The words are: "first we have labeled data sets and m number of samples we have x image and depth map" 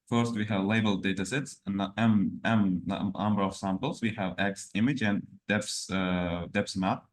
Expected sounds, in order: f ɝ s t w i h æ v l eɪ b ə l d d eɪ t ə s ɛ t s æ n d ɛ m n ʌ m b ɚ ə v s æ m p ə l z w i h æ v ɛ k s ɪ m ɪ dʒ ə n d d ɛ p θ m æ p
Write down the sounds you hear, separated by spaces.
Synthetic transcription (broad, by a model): f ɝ s t w i h æ v l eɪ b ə l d d eɪ t ə s ɛ t s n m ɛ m n ʌ m b ɚ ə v s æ m p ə l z w i h æ v ɛ k s ɪ m ɪ dʒ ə n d d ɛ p s m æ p